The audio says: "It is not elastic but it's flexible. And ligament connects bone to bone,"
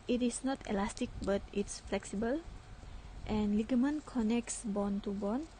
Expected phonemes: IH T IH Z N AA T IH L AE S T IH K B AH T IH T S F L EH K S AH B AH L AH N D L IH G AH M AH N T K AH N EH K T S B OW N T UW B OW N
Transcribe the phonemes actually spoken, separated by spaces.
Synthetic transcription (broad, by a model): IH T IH S N AA T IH L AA S T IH K B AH T IH T S F L EH K S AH B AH L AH N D L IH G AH M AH N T K AH N EH K T S B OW N T UW B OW N